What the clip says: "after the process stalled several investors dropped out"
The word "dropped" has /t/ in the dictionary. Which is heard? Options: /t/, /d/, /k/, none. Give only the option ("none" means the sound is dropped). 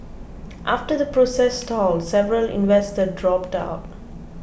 /t/